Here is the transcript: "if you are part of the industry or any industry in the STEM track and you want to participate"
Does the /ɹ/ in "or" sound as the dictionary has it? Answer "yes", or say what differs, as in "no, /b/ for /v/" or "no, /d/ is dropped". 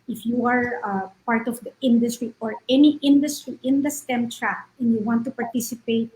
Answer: yes